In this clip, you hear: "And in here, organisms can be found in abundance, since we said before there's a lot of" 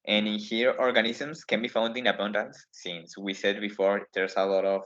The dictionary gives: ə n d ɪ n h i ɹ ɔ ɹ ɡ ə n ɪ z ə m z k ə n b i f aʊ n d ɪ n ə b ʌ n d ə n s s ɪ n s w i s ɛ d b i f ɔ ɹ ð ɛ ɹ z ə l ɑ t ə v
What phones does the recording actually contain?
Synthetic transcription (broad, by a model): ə n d ɪ n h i ɹ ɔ ɹ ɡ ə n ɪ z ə m s k ə n b i f aʊ n d ɪ n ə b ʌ n d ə n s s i n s w i s ɛ d b i f ɔ ɹ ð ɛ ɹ s ə l ɑ t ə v